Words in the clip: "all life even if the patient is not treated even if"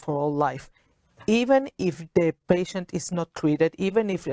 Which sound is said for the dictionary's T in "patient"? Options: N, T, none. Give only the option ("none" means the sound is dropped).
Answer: T